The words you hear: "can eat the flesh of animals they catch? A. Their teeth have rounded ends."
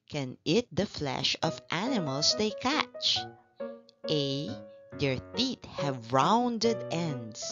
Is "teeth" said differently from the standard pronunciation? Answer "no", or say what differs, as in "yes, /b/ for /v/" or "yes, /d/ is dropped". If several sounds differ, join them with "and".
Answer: yes, /t/ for /θ/